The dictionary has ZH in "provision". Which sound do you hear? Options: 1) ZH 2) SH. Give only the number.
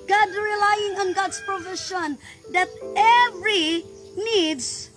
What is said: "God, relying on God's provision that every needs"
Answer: 2